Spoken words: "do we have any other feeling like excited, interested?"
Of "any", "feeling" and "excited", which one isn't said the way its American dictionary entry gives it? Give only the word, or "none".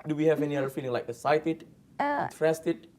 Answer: excited